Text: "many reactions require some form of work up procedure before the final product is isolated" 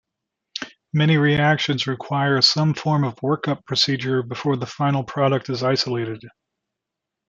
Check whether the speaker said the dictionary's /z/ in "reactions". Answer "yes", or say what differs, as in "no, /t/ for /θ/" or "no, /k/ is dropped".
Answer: yes